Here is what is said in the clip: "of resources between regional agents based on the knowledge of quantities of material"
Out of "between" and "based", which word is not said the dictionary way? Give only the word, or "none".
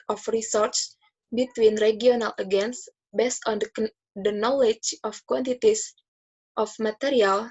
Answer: none